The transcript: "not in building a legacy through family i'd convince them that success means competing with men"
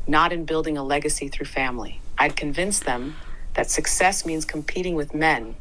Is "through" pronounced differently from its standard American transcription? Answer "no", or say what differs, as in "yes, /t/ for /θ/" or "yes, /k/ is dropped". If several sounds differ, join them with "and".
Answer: no